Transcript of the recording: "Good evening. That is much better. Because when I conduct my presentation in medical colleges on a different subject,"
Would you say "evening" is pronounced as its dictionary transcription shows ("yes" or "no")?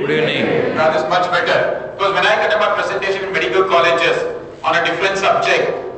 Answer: no